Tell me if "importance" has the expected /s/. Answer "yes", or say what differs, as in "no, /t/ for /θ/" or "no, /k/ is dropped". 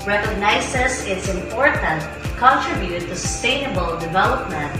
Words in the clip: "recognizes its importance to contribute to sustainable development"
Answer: no, /s/ is dropped